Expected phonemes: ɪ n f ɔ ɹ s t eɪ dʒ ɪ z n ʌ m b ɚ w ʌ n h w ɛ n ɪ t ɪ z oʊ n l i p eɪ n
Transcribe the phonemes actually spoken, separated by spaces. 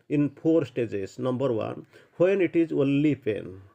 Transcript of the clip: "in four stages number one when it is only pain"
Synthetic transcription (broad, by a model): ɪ n p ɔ ɹ s t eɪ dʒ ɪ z n ʌ m b ɚ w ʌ n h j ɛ n ɪ t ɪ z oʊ l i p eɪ n